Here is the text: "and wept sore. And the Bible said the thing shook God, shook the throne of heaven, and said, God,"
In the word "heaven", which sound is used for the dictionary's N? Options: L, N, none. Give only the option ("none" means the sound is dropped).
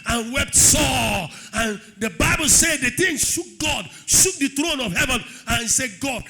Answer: N